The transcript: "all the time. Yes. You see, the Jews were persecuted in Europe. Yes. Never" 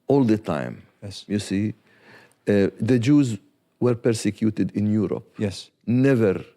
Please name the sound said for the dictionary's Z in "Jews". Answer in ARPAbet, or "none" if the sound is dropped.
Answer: Z